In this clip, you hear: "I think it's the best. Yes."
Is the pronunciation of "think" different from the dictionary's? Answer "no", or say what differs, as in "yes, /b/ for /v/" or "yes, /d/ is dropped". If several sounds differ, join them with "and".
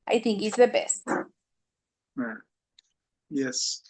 no